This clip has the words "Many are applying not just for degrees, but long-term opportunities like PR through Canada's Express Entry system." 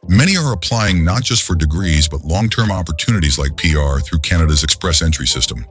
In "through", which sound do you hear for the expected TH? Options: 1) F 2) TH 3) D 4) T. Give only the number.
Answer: 2